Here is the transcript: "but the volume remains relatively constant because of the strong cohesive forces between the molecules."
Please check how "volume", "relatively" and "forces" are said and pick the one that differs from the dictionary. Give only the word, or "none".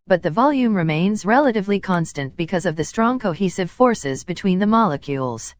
none